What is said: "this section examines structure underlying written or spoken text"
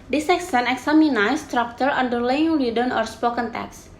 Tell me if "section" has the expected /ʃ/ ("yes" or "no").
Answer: no